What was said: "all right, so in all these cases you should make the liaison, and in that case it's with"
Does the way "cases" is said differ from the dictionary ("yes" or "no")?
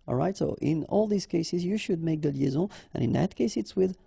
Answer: no